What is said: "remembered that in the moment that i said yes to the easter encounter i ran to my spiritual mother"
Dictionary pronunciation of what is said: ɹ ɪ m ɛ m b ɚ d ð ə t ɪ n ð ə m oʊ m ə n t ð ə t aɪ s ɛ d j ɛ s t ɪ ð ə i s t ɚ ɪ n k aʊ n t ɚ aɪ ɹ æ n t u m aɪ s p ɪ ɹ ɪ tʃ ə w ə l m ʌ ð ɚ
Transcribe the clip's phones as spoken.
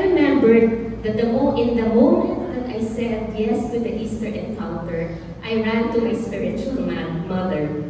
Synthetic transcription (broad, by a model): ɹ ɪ m ɛ m b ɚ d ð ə t ɪ n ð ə m oʊ m ə n t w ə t aɪ s ɛ d j ɛ s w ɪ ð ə i s t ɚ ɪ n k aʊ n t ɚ aɪ ɹ æ n t u m aɪ s p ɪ ɹ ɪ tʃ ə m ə n m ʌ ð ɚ